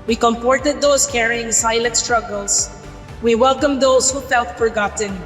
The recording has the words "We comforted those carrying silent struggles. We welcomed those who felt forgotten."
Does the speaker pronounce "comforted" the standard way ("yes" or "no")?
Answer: no